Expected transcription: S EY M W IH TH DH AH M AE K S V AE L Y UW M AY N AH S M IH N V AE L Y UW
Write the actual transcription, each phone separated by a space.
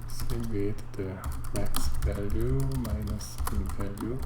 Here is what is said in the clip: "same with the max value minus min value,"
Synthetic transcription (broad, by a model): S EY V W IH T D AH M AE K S V AE L Y UW M AY N AH S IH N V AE L Y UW